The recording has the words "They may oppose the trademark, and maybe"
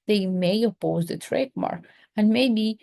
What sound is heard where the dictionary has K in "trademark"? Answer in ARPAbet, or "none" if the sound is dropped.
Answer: none